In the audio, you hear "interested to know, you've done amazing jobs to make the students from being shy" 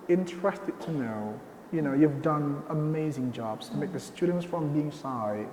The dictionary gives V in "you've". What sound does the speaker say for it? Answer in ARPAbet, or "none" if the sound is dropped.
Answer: V